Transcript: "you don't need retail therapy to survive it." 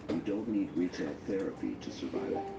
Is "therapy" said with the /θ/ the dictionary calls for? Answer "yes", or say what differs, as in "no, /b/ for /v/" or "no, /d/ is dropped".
yes